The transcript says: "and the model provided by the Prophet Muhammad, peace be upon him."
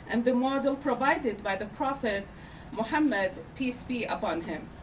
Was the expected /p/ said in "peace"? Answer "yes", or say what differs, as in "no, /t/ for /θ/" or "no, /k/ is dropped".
yes